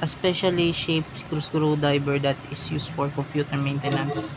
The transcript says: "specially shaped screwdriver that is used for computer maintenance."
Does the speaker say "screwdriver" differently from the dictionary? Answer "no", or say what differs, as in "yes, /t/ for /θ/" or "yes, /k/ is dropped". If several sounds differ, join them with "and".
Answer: yes, /ɹ/ is dropped and /b/ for /v/